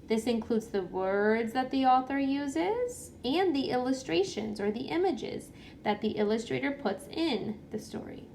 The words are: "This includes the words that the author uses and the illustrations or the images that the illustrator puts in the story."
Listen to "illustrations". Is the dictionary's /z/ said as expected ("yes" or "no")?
yes